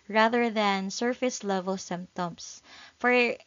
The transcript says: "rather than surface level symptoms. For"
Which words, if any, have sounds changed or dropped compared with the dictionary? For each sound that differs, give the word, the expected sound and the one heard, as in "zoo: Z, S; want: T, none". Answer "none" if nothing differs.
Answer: symptoms: Z, S